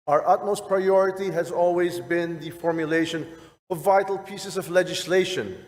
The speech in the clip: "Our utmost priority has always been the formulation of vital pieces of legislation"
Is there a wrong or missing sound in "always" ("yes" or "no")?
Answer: no